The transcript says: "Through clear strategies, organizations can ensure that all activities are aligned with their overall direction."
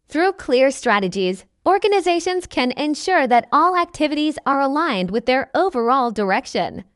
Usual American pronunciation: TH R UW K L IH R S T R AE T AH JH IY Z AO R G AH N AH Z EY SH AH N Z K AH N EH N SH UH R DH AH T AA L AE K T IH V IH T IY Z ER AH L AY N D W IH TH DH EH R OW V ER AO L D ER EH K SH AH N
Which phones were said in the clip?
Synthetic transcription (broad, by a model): TH R UW K L IH R S T R AE T AH JH IY Z AO R G AH N AH Z EY SH AH N Z K AH N EH N SH UH R DH AH T AA L AE K T IH V IH T IY Z ER AH L AY N D W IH DH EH R OW V ER AO L D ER EH K SH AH N